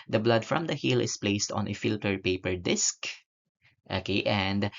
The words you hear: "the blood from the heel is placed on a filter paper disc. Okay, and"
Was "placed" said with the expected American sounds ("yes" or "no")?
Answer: yes